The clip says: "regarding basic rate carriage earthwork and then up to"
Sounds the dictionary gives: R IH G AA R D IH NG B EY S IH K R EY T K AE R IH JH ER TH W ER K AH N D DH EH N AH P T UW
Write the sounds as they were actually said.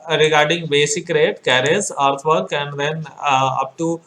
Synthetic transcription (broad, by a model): R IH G AA R D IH NG B EY S IH K R EY T K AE R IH Z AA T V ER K AH N D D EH N AH P T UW